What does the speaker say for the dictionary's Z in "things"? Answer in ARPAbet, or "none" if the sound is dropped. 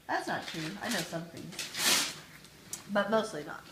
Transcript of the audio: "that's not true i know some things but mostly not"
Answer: none